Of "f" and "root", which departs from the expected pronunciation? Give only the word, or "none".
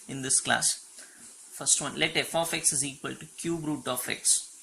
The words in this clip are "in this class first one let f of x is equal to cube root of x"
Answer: none